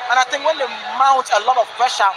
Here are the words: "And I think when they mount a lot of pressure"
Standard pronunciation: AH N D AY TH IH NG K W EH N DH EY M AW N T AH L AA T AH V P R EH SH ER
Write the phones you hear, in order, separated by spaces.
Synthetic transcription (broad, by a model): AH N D AY T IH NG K W EH N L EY M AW T AH L AA T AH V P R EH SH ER